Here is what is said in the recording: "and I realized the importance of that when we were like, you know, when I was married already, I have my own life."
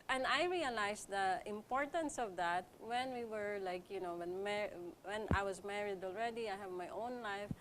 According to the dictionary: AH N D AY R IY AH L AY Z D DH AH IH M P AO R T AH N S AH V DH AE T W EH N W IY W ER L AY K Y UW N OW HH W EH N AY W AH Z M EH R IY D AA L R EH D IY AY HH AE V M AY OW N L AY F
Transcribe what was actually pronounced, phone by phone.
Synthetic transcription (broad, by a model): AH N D AY R IY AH L AY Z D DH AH IH M P AO R T AH N S AH V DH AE T W EH N W IY W ER L AY K Y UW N OW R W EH N AY W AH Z M EH R IY D AA L R EH D IY AY HH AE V M AY OW N L AY F